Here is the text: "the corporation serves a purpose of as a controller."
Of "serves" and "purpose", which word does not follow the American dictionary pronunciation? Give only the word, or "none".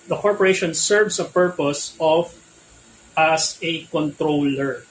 serves